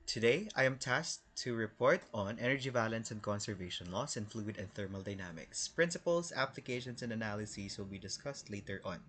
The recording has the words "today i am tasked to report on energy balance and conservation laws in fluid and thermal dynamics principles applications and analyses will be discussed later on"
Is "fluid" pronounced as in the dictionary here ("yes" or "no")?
yes